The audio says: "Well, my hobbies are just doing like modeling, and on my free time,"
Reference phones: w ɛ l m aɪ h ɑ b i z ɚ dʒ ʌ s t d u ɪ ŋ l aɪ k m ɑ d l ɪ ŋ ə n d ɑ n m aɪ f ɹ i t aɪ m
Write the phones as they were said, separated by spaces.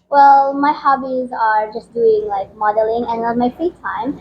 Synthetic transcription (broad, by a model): w ɛ l m aɪ h ɑ b i z ɚ dʒ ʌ s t d u ɪ ŋ l aɪ k m ɑ d l ɪ ŋ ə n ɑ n m aɪ f ɹ i t aɪ m